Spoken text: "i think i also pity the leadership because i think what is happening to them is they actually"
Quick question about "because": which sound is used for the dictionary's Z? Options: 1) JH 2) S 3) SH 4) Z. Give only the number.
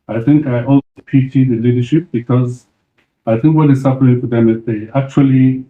4